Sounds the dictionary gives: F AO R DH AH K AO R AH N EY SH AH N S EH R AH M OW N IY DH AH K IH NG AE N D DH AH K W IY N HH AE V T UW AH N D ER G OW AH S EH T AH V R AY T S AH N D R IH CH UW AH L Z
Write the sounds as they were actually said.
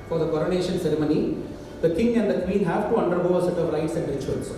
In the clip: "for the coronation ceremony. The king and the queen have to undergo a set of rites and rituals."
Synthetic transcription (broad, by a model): F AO R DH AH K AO R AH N EY SH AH N S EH R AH M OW N IY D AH K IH NG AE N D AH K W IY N HH AE V T UW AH N D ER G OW AH S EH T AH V L AY T S AH N D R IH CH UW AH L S